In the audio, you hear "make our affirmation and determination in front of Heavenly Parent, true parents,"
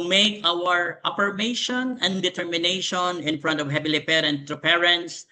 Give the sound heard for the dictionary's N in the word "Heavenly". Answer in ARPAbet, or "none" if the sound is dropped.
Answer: none